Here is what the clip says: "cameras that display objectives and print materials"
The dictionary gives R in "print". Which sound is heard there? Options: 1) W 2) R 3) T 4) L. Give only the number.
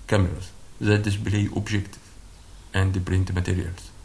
2